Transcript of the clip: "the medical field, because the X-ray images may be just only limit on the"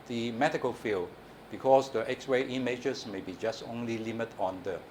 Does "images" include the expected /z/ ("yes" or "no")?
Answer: no